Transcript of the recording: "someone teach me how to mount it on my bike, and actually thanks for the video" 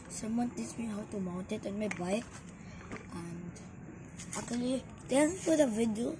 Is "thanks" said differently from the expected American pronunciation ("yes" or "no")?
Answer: yes